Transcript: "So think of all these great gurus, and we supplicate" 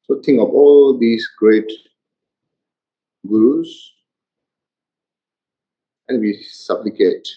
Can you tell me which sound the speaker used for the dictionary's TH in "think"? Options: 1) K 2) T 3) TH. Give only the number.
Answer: 2